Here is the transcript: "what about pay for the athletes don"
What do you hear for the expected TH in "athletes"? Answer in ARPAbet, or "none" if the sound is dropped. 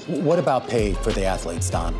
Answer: TH